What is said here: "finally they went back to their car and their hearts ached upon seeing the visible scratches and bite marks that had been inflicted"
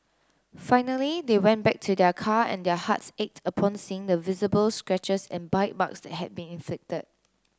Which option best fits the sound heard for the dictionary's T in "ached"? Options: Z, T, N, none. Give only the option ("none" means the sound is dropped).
T